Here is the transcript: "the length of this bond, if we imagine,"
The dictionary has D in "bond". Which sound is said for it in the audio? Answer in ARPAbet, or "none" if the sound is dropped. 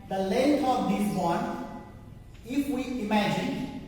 none